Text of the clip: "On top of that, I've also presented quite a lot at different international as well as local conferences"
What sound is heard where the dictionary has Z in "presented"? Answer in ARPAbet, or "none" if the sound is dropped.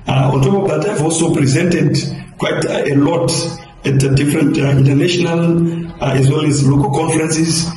Z